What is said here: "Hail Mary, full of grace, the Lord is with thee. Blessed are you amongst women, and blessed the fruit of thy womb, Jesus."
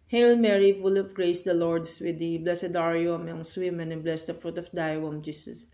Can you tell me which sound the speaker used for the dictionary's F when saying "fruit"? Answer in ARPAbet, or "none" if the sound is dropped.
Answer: F